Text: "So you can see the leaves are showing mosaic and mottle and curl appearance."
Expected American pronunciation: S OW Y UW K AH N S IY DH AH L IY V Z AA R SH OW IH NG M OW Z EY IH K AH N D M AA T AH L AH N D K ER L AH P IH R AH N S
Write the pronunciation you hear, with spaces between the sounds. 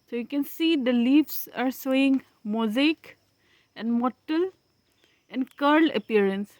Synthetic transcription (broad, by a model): S OW Y UW K AH N S IY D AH L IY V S AA R S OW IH NG M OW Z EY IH K AH N D M AA T AH L AH N D K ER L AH P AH R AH N S